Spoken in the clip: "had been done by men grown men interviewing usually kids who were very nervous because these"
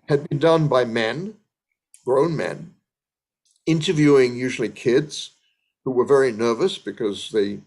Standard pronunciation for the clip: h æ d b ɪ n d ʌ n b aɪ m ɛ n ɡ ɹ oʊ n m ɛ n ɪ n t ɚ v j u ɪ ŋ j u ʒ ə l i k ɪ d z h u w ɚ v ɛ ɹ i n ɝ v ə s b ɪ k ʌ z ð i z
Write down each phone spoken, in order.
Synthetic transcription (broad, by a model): h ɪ d b ɪ n d ʌ n b aɪ m ɛ n ɡ ɹ oʊ n m ɛ n ɪ n t ɚ v j u ɪ ŋ j u ʒ l i k ɪ d z h u w ɚ v ɛ ɹ i n ɝ v ə s b ɪ k ʌ z ð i